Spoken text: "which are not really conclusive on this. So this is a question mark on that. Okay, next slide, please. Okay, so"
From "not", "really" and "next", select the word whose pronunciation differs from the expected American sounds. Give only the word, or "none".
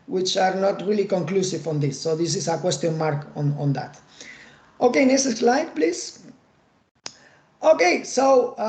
next